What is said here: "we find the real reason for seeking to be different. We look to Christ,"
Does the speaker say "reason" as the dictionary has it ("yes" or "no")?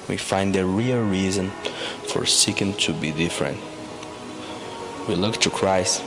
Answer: yes